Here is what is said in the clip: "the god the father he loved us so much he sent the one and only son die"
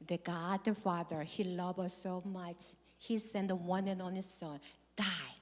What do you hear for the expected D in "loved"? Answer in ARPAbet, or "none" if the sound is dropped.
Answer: none